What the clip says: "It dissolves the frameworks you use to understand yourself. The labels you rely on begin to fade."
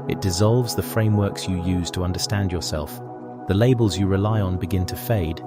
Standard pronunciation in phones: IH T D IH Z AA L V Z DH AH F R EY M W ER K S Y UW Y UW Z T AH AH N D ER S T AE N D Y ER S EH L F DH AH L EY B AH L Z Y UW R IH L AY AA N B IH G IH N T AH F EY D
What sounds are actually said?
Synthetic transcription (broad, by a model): IH T D IH Z AA L V Z DH AH F R EY M W ER K S Y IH Y UW Z T AH AH N D ER S T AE N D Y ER S EH L F DH AH L EY B AH L Z Y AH R IH L AY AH N B IH G IH N T AH F EY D